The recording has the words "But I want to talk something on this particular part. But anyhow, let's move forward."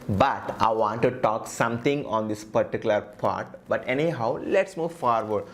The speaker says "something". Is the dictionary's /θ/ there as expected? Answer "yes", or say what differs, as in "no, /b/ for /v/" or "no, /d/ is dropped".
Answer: no, /t/ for /θ/